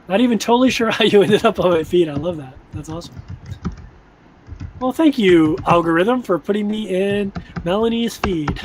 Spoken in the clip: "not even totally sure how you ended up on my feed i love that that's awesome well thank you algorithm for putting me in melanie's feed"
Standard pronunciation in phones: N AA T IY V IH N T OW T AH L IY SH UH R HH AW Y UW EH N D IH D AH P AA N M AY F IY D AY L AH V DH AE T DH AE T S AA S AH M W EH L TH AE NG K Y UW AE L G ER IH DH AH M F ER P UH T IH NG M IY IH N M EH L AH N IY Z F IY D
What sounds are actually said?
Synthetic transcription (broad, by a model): N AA T IY V IH N T OW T L IY SH UH R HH AW Y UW EH N D IH D AH P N M AY F IY D AY L AH V DH AE T DH AE T S AA S AH M W EH L TH AE NG K Y UW AE L G ER IH DH AH M F ER P UH T IH NG M IY IH N M EH L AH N IY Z F IY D